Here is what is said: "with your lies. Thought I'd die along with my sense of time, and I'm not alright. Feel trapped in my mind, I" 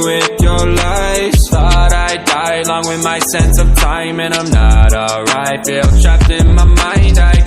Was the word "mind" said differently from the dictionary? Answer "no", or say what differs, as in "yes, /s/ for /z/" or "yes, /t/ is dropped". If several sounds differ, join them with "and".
no